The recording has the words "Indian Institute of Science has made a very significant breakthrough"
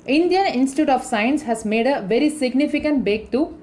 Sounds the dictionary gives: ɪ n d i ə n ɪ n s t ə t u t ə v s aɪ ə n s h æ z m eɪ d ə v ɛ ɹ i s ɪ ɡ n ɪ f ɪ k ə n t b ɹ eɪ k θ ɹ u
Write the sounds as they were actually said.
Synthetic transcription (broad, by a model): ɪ n d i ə n ɪ n s t ə t u t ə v s aɪ ə n s h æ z m eɪ d ə v ɛ ɹ i s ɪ ɡ n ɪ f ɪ k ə n t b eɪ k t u